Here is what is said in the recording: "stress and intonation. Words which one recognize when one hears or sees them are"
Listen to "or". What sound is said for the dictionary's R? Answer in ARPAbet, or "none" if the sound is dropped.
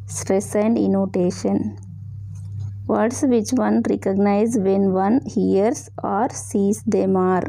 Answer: R